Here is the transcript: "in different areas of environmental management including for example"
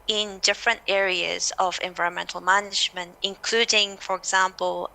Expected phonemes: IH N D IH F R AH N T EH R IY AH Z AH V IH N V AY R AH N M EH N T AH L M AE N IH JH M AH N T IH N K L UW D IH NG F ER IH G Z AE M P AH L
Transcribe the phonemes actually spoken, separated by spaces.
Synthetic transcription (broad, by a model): IH N D IH F R AH N T EH R IY AH Z AH V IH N V AY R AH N M EH N T L M AE N IH JH M AH N T IH N K L UW D IH NG F ER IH G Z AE M P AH L